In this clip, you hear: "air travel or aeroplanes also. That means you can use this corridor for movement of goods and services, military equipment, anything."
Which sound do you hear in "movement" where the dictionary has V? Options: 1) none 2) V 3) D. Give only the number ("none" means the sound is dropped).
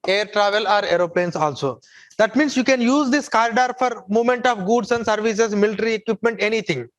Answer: 1